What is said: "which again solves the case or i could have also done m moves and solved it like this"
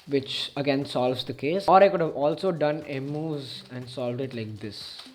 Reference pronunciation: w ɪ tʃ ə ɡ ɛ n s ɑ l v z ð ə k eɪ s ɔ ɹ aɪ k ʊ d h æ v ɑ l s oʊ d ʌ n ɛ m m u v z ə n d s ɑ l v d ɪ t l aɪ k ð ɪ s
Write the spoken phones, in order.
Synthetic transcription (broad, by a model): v ɪ tʃ ə ɡ ɛ n s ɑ l v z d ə k eɪ s ɔ ɹ aɪ k ʊ d h æ v ɑ l s oʊ d ʌ n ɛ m m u z ə n d s ɑ l v d ɪ t l aɪ k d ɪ s